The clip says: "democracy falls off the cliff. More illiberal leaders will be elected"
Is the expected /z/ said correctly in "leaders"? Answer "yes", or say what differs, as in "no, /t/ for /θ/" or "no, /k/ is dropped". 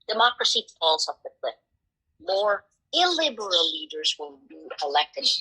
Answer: yes